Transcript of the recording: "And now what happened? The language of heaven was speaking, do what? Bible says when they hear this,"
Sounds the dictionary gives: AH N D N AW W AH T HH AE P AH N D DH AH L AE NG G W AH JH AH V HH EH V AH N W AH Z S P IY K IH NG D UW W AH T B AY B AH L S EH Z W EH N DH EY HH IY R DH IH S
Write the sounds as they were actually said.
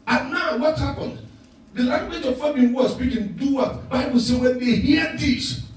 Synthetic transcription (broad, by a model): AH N N AW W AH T HH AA P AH N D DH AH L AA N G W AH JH AH V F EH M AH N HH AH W S P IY K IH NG D UW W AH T B AY B AH L S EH W EH N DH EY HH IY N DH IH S